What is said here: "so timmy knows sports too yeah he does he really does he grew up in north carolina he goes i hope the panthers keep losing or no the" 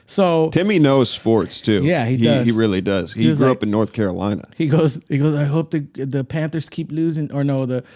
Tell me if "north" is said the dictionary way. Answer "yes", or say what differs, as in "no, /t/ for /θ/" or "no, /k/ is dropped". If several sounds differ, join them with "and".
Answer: yes